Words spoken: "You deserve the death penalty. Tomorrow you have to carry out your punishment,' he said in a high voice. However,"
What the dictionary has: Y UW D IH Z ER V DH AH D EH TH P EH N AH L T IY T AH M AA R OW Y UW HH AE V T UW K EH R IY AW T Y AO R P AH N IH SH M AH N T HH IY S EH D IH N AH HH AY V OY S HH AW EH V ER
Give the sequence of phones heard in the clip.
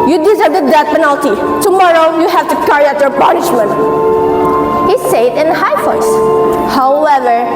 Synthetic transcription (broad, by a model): Y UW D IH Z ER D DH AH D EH T P EH N AH L T IY T AH M AA R OW Y UW HH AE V T UW K EH R IY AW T Y AO R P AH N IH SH M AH N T HH IY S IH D IH N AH HH AY F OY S HH AW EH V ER